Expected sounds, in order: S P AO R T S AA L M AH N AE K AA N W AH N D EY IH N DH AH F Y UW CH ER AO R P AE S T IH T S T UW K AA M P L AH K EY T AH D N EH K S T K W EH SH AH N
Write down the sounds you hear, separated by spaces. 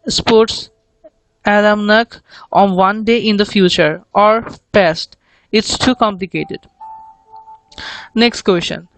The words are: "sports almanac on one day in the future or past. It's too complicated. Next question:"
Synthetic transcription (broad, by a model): S P AO R T S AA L M N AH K AA N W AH N D EY IH N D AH F Y UW CH ER AO R P AE S T IH T S T UW K AA M P L AH K EY T AH D N EH K S T K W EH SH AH N